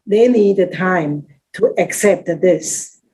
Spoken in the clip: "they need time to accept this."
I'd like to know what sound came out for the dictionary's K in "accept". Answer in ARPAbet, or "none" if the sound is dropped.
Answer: K